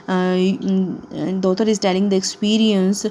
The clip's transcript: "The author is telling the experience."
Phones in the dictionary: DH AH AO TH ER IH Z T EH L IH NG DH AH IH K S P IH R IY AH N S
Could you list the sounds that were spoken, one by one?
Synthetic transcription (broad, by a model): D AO T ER IH Z T EH L IH NG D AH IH K S P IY R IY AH N S